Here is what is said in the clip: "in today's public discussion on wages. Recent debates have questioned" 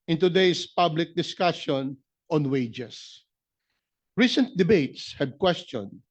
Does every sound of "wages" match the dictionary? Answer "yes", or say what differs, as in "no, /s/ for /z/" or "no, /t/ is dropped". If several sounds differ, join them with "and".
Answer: no, /s/ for /z/